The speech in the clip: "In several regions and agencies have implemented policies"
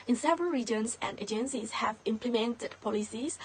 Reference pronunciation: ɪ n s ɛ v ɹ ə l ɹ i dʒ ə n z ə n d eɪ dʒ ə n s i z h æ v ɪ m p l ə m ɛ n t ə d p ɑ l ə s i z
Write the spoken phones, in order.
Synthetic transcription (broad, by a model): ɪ n s ɛ v ɹ ə l ɹ i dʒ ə n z ə n d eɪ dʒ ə n s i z h æ v ɪ m p l ə m ɛ n t ə d p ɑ l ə s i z